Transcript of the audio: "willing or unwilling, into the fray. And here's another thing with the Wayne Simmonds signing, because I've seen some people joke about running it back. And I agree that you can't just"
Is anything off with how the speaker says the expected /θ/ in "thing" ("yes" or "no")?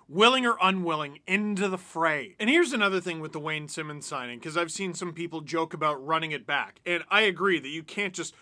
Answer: no